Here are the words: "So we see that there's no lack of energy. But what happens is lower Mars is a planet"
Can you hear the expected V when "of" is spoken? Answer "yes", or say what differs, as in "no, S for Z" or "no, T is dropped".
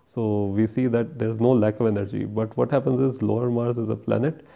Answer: yes